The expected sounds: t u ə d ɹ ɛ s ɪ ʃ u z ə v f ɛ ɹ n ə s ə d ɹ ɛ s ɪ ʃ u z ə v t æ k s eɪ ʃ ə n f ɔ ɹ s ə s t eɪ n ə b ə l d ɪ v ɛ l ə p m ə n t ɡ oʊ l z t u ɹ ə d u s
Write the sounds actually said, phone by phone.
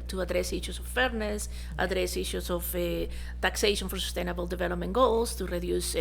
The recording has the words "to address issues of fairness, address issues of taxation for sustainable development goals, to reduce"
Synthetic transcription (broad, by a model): t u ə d ɹ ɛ s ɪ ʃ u s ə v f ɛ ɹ n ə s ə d ɹ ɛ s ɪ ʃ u s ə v t æ k s eɪ ʃ ə n f ɔ ɹ s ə s t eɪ n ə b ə l d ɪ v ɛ l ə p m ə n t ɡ oʊ l s t u ɹ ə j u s